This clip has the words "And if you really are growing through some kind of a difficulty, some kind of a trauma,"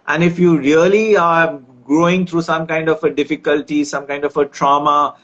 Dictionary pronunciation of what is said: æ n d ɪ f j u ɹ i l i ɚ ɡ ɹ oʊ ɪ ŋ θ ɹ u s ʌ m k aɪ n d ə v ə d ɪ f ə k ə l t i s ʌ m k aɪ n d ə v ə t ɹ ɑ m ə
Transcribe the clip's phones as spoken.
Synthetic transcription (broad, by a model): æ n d ɪ f j u ɹ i l i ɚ ɡ ɹ oʊ ɪ ŋ t ɹ u s ʌ m k aɪ n d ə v ə d ɪ f ə k ə l t i s ʌ m k aɪ n d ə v ə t ɹ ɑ m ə